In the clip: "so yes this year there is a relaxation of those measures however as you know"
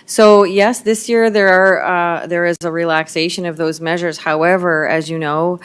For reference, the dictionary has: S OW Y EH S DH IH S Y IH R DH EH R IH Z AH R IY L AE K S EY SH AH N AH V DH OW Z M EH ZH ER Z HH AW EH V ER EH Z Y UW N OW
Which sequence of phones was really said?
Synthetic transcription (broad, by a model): S OW Y EH S DH IH S Y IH R DH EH R IH Z AH R IY L AE K S EY SH AH N AH V DH OW Z M EH ZH ER Z HH AW EH V ER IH Z Y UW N OW